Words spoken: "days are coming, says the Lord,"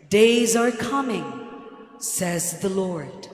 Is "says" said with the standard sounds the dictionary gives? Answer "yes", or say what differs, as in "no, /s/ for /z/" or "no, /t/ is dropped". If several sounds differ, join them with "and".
yes